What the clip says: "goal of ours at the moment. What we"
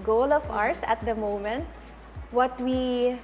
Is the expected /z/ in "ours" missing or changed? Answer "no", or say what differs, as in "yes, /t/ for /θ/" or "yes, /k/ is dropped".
yes, /s/ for /z/